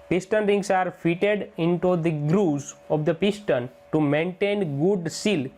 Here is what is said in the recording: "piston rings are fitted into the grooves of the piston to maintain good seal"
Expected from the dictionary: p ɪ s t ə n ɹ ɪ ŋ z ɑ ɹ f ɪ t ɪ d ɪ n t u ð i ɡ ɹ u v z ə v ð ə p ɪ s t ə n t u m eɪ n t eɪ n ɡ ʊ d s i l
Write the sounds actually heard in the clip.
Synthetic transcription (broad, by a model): p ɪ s t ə n ɹ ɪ ŋ s ɑ ɹ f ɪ t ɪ d ɪ n t u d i ɡ ɹ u z ə v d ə p ɪ s t ə n t u m eɪ n t eɪ n ɡ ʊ d s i l